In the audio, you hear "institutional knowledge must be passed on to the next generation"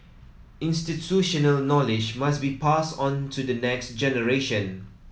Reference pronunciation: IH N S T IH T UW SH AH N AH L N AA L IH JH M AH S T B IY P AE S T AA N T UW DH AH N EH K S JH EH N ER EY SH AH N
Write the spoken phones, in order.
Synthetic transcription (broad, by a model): IH N S T IH T UW SH AH N AH L N AA L IH JH M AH S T B IY P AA S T AA N T UW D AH N EH K S JH EH N ER EY SH AH N